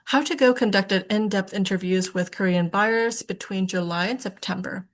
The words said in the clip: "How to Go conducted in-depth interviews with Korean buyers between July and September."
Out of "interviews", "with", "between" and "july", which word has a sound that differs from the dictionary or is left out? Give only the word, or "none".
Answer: none